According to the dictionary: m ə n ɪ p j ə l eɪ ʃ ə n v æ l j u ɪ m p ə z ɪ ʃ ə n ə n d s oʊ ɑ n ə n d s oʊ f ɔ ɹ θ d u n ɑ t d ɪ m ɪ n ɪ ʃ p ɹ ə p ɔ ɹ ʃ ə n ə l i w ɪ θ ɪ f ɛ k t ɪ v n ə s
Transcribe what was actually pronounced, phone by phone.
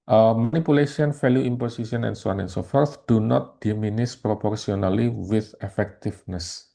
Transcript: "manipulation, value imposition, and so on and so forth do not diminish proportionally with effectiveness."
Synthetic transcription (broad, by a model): m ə n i p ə l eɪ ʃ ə n f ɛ l j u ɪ m p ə s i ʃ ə n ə n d s oʊ ɑ n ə n s oʊ f ɔ ɹ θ d u n ɑ t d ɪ m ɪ n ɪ s p ɹ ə p ɔ ɹ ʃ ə n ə l i w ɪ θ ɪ f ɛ k t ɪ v n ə s